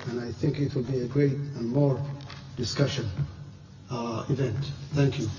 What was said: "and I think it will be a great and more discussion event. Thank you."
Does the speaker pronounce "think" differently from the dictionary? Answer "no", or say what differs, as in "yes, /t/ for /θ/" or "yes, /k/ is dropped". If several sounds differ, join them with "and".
no